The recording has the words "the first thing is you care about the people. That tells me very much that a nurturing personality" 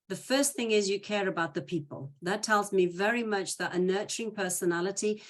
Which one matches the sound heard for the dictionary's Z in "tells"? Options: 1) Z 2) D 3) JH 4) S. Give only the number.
1